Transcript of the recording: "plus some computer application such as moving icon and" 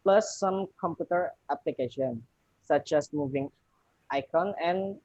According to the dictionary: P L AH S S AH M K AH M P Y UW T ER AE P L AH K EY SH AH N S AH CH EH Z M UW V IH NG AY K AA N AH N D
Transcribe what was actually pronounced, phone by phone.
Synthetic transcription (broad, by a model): P L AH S S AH M K AH M P Y UW T ER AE P L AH K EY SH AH N S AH CH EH S M UW V IH NG AY K AA N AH N